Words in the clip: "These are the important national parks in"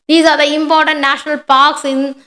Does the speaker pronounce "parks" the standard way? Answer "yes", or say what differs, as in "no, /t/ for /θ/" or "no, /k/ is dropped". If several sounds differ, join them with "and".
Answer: yes